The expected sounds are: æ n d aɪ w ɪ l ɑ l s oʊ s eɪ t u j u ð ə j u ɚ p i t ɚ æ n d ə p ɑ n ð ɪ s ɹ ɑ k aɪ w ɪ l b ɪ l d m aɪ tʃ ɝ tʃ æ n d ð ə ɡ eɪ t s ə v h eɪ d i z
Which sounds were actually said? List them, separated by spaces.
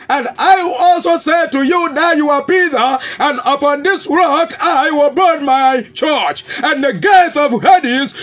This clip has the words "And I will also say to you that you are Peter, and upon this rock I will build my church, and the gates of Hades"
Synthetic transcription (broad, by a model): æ n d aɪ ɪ ɑ l s oʊ s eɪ t u j u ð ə j u ɚ p i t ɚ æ n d ə p ɑ n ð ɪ s ɹ ɑ k aɪ w ɪ l b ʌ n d m aɪ tʃ ɝ tʃ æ n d ð ə ɡ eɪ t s ə v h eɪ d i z